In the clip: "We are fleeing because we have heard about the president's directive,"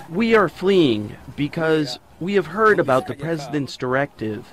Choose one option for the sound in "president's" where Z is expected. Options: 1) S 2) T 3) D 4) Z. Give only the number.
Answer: 4